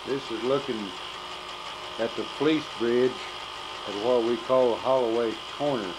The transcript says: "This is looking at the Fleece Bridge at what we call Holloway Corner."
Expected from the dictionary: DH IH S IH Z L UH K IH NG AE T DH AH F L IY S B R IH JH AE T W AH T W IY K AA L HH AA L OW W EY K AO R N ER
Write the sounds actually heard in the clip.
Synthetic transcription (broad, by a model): DH IH S IH Z L UH K IH NG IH T DH AH P L IY S B R IH JH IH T W AH T W IY K AA L HH AA L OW W EY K AO R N ER